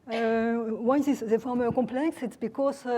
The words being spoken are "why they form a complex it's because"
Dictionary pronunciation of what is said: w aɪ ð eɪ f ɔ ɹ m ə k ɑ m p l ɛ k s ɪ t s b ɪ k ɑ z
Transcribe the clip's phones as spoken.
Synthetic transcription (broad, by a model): w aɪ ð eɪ f ɔ ɹ m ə k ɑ p l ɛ k s ɪ t s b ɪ k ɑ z